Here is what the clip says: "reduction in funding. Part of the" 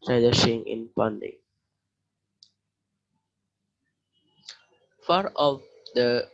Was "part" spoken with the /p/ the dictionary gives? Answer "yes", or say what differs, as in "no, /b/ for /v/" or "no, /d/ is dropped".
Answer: no, /f/ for /p/